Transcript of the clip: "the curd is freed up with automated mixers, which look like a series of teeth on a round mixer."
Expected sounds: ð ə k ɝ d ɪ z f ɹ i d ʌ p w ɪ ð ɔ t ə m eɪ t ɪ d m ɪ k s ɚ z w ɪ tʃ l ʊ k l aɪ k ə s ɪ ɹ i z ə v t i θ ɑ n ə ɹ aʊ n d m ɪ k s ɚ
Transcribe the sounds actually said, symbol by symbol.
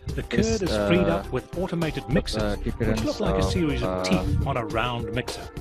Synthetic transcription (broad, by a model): ð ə k ɝ d ɪ z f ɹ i d ʌ p w ɪ ð ɔ t ə m eɪ t ɪ d m ɪ k s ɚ z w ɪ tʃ l ʊ k l aɪ k ə s ɪ ɹ i z ə v t i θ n ə ɹ aʊ n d m ɪ k s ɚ